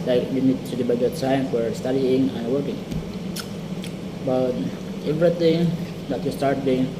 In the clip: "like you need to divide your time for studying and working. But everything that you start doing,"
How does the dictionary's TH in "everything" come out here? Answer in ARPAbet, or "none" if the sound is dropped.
T